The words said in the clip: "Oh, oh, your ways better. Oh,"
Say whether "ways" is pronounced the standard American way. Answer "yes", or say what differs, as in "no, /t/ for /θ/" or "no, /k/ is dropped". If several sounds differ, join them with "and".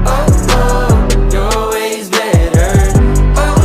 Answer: yes